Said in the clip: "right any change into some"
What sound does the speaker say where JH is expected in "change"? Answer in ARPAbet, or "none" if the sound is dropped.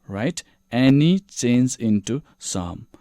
Z